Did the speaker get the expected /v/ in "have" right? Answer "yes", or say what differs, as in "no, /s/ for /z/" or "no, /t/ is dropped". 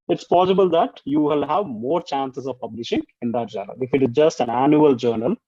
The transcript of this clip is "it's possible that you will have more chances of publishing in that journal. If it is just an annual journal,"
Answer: yes